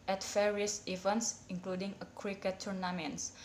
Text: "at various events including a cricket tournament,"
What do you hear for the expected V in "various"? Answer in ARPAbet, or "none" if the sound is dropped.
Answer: F